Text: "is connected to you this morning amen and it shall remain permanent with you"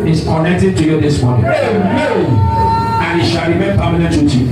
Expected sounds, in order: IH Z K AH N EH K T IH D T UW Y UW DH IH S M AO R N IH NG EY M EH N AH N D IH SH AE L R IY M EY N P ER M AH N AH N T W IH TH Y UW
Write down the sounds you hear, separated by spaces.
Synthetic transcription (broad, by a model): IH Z K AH N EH K T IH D T UW Y UW DH IH S M AO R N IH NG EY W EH AH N IH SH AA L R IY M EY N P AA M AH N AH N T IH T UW